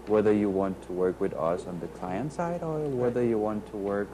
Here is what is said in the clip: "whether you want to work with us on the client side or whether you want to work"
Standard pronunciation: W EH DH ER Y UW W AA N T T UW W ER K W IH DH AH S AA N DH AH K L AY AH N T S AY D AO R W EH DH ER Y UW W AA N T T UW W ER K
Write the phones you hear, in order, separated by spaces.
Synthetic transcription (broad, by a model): W EH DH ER Y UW W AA N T T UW W ER K W IH DH AH S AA N DH AH K L AY AH N T S AY D AO L W EH DH ER Y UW W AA N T T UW W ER K